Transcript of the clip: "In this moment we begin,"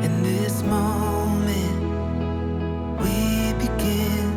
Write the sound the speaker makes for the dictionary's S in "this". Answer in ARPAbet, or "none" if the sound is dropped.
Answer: S